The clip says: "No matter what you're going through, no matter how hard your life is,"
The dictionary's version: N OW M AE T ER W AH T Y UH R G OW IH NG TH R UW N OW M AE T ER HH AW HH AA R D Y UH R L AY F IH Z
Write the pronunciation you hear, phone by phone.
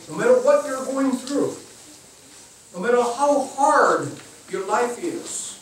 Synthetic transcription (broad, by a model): N OW M AE T ER W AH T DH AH R G OW IH NG TH R UW N OW M AE T ER HH AW HH AA R D Y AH R L AY F IH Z